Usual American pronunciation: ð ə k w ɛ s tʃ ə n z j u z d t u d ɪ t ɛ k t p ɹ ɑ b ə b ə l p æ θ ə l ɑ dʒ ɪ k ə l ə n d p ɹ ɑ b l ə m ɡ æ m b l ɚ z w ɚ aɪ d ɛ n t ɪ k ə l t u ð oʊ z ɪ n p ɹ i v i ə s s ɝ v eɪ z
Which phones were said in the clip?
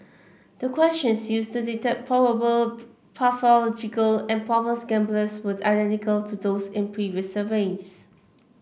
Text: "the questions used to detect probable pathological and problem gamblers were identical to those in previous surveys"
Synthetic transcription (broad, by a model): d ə k w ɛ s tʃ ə n s j u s t u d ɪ t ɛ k p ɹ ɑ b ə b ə l p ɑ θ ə l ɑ dʒ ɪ k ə l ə n p ɹ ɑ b ə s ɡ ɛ m b l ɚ s w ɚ aɪ d ɛ n t ɪ k ə l t u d oʊ s ɪ n p ɹ i v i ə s s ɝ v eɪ s